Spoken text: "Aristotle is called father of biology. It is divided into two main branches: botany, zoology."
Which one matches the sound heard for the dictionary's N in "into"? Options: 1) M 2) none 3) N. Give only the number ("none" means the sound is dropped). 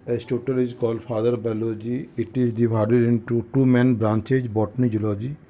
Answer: 3